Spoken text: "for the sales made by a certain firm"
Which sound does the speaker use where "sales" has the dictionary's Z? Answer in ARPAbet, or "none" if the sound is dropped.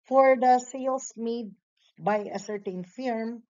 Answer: S